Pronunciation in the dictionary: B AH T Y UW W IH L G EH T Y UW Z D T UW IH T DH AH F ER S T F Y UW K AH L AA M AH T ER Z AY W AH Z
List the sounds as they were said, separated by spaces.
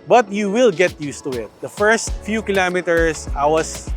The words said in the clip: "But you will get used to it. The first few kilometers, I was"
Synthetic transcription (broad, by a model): B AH T Y UW W IH L G EH T Y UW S T UW IH T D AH F ER S T F Y UW K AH L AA M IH T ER S AY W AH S